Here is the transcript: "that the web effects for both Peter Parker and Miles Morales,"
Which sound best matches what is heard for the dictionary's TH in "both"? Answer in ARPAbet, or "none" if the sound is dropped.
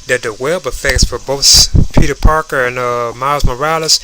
TH